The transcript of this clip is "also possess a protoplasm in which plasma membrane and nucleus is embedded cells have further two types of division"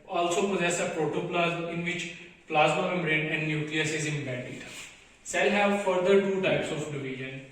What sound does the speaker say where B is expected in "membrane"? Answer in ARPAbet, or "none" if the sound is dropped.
none